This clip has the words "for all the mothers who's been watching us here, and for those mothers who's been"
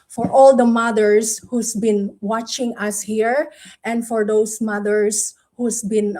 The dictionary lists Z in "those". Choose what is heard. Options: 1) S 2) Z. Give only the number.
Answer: 1